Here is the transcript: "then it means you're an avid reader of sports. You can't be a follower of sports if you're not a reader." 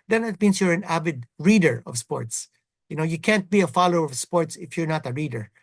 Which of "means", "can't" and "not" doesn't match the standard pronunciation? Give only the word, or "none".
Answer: means